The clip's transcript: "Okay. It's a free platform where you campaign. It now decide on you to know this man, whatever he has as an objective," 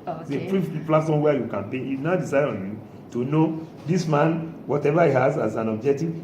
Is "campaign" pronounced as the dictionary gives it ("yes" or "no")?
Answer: no